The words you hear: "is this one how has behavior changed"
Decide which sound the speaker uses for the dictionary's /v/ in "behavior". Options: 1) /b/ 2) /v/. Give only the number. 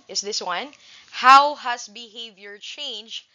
2